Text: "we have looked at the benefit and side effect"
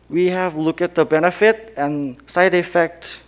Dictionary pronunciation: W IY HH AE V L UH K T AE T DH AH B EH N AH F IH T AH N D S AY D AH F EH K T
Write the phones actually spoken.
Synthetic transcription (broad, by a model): W IY HH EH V L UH K AE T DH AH B EH N AH F IH T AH N S AY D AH F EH K T